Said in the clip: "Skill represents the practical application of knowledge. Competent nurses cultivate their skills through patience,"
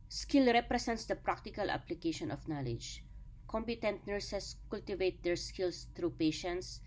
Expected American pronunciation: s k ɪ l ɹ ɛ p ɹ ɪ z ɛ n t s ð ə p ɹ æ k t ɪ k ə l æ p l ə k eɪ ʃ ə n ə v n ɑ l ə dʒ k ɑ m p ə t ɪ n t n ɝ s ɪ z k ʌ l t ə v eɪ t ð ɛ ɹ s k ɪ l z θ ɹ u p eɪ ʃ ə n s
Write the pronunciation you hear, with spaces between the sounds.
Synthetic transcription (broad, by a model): s k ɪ l ɹ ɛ p ɹ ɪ s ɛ n t s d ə p ɹ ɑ k t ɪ k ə l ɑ p l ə k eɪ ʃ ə n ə f n ɑ l ə dʒ k ɑ m p ə t ɪ n t n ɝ s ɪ s k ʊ l t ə v eɪ t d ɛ ɹ s k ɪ l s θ ɹ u p eɪ ʃ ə n s